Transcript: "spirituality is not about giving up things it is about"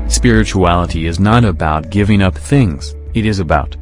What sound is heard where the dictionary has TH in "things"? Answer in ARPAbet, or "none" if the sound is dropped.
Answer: TH